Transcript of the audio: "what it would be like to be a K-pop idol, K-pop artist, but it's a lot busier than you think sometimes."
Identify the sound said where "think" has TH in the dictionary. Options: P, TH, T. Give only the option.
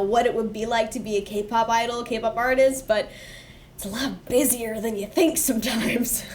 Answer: TH